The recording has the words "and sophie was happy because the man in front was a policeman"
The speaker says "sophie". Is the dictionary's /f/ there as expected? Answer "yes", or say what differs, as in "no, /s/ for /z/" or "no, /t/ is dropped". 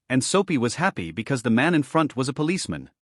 no, /p/ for /f/